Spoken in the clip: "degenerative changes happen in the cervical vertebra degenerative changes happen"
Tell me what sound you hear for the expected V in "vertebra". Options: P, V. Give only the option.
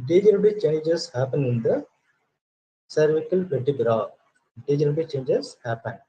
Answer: P